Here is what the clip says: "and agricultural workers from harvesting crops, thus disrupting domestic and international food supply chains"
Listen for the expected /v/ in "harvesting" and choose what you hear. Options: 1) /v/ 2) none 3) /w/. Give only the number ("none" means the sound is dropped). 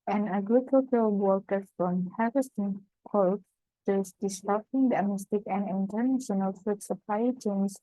2